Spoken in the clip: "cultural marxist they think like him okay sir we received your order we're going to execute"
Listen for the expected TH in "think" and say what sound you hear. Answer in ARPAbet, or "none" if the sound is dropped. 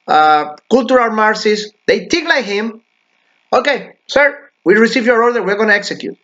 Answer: T